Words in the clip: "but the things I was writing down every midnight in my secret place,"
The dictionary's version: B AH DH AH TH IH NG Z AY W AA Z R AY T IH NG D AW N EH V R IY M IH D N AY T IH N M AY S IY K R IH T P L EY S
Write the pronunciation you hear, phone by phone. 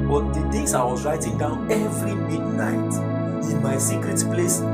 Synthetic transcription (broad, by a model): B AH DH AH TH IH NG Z AY W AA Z R AY T IH NG D AW N EH V R IY M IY D N AY T IH N M AY S IY K R IH T P L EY S